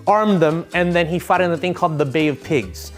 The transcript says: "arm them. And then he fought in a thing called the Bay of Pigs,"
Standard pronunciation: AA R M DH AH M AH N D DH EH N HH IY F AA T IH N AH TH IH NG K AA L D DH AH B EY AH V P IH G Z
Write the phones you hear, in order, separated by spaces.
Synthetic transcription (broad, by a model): AA R M DH AH M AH N DH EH N IY F AA T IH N AH TH IH NG K AA L D DH AH B EY AH V P IH G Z